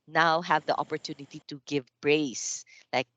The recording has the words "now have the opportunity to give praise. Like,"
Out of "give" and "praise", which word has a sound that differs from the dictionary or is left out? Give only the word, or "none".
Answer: praise